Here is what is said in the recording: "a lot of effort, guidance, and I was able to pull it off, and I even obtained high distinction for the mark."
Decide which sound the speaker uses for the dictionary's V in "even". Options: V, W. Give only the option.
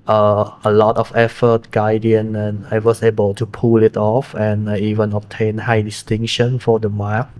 V